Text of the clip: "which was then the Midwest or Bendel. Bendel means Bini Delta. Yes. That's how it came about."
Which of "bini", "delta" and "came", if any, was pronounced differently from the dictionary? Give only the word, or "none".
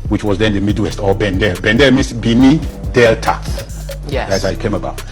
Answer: none